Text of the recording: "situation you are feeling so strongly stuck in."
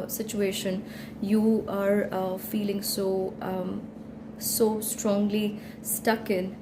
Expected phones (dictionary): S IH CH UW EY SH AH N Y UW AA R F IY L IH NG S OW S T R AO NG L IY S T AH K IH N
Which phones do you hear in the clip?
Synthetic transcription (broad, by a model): S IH CH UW EY SH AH N Y UW AA R F IY L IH NG S OW S T R AO NG L IY S T AH K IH N